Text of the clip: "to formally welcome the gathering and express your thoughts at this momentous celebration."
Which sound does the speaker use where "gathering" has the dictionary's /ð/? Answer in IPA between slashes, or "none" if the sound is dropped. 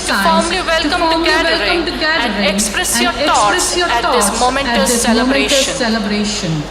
none